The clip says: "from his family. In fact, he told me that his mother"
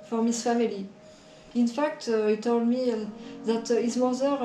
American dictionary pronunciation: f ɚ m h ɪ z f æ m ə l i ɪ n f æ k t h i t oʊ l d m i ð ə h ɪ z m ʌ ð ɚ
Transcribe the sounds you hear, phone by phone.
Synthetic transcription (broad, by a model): f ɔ m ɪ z f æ m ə l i ɪ n f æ k t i t oʊ l d m i ð ə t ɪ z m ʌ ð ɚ